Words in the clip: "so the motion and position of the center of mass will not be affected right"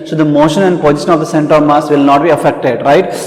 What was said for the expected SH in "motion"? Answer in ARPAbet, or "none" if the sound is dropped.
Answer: SH